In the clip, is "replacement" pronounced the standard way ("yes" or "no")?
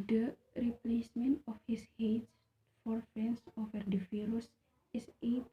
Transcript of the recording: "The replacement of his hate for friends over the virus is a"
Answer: yes